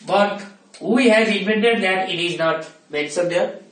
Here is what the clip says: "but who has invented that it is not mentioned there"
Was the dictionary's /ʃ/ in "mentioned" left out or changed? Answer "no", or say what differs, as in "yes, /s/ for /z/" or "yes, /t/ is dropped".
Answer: yes, /s/ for /ʃ/